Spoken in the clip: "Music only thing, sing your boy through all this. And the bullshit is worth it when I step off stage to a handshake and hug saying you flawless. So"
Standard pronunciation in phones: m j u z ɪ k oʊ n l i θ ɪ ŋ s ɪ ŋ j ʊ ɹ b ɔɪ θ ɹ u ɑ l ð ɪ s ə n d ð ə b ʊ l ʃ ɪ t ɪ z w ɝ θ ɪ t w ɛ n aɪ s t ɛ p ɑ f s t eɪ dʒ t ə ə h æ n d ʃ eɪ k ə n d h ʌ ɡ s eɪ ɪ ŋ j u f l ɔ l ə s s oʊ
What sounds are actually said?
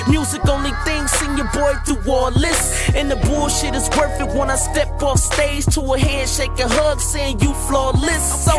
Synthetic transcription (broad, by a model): m j u z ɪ k oʊ n l i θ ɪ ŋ s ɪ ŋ j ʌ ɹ b ɔɪ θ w ɑ l ɪ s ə n ð ə b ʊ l ʃ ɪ t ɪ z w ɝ f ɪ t w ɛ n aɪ s t ɛ p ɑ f s t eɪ z t ə ə h æ n d ʃ eɪ k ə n h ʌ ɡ s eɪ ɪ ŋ j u f l ɔ l ə s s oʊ